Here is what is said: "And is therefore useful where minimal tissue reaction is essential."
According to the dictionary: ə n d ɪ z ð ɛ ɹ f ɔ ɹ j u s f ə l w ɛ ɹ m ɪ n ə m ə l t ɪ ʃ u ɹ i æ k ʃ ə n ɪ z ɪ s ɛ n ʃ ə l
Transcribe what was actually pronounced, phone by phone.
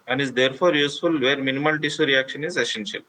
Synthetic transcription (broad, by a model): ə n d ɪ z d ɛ ɹ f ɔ ɹ j u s f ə l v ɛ ɹ m ɪ n ə m ə l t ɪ s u ɹ i æ k ʃ ə n ɪ z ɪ s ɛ n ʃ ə l